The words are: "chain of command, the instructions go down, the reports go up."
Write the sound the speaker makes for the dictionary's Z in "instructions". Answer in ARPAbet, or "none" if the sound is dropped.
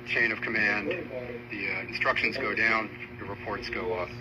Z